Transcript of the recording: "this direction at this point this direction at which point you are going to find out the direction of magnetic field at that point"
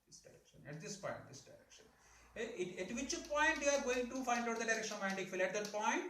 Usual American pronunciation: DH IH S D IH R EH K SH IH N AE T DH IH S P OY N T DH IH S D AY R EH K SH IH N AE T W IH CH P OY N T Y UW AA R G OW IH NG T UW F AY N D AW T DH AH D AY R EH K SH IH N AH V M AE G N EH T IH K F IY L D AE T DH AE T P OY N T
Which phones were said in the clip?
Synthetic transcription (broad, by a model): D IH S D IH R EH K SH IH N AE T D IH S P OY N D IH S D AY R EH K SH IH N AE T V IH CH P OY N T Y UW AA R G OW IH NG T UW F AY N D AW T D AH D AY R EH K SH IH N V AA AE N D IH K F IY L AE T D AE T P OY N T